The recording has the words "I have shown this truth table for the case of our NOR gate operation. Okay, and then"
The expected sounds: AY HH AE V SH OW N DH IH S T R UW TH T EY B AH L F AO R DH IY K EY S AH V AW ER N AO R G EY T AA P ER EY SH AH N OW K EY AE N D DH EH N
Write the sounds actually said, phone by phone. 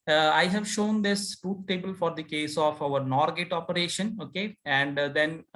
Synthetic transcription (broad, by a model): AY HH AE V SH OW N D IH S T UW T T EY B AH L F AO R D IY K EY S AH F AW ER N AO R G EY T AA P ER EY SH AH N OW K EY AE N D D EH N